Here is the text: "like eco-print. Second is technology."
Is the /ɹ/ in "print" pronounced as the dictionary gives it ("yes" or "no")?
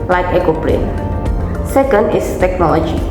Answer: no